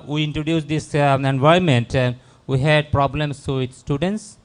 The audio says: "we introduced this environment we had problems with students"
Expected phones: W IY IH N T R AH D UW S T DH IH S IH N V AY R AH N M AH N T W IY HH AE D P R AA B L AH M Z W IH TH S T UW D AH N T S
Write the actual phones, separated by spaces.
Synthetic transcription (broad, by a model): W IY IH N T R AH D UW S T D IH S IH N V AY AH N M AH N T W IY HH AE D P R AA B L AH M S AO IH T S T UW D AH N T S